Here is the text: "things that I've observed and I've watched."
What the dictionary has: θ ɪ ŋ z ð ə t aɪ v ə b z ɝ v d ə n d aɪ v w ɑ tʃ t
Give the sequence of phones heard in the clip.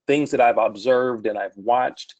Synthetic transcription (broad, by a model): θ ɪ ŋ z ð ə t aɪ v ə b z ɝ v d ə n aɪ v w ɑ tʃ t